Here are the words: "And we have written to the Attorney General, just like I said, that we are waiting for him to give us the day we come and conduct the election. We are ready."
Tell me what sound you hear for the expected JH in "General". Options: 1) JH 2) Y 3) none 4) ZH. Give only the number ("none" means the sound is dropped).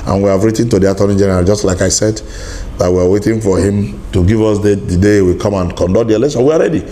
1